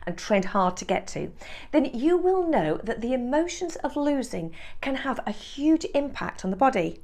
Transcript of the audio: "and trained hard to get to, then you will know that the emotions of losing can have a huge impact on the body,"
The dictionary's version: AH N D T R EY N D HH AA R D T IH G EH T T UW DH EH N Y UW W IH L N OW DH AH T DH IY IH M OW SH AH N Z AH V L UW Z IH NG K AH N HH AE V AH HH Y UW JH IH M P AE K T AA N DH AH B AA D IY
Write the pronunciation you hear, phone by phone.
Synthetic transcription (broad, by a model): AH N T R EY N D HH AA R D T IH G EH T T UW DH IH N Y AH W IH L N OW DH AH T DH IY IH M OW SH AH N Z AH V L UW Z IH NG K AH N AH V AH HH Y UW JH IH M P AE K T N DH AH B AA D IY